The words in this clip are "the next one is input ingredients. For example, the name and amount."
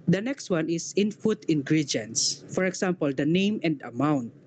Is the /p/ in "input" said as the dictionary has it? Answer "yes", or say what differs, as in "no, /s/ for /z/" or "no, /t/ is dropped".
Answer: no, /f/ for /p/